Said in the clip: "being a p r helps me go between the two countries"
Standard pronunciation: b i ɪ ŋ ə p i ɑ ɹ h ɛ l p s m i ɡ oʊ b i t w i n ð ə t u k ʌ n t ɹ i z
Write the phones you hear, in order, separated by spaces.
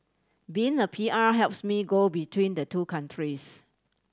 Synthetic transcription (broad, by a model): b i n ə p i ɑ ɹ h ɛ l p s m i ɡ oʊ b i t w i n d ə t u k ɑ n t ɹ i s